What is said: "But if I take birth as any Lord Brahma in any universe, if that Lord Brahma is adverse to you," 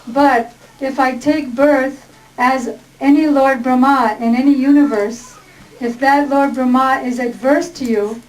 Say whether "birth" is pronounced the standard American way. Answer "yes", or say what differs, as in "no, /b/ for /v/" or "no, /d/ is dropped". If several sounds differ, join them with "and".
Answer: yes